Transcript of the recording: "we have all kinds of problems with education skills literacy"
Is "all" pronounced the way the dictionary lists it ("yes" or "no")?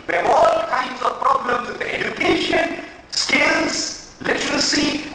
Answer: yes